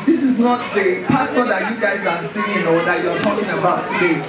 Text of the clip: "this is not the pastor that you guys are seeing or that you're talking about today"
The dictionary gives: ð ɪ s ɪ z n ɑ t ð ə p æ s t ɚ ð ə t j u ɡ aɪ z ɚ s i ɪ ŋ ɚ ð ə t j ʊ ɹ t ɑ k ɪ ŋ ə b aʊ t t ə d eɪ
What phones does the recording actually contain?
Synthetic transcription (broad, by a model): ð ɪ s ɪ z n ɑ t ð ə p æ s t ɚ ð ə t j u ɡ aɪ z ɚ s i ɪ ŋ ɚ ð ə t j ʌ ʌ t ɑ k ɪ ŋ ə b aʊ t t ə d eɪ